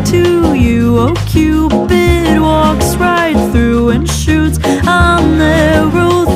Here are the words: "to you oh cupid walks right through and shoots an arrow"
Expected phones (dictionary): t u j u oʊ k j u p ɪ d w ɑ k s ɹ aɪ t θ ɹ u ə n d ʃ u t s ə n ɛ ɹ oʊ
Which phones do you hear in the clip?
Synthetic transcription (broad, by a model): t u j u oʊ k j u b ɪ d w ɑ k s ɹ aɪ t θ ɹ u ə n ʃ u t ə n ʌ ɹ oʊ